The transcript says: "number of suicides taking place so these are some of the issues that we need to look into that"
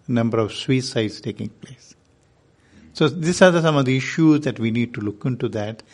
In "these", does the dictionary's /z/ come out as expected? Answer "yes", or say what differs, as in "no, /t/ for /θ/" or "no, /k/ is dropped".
no, /s/ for /z/